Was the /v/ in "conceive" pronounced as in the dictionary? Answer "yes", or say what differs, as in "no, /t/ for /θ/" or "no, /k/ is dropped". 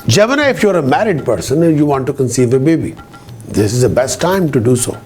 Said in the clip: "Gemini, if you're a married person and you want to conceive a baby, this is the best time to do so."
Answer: yes